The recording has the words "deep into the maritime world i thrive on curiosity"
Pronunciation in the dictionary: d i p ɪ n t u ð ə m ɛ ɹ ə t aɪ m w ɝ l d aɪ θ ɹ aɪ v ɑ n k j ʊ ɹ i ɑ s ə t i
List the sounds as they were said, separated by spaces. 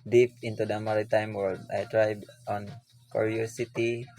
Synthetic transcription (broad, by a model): d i p ɪ n t u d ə m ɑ ɹ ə t aɪ m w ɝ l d aɪ t ɹ aɪ b ɑ n k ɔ ɹ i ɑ s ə t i